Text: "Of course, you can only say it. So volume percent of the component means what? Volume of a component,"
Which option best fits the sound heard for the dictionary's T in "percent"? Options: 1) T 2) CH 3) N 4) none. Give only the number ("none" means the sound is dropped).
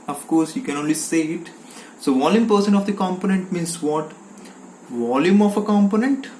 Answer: 4